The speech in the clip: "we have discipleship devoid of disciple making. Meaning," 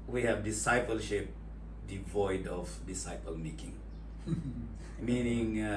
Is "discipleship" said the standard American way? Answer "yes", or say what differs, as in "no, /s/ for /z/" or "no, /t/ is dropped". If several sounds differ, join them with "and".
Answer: yes